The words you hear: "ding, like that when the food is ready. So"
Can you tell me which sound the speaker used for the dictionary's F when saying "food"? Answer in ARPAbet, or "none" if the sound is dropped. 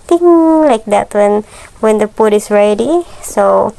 P